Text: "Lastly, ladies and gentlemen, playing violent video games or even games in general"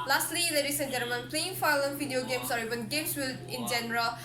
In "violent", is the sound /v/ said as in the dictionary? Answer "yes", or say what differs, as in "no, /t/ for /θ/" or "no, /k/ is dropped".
no, /f/ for /v/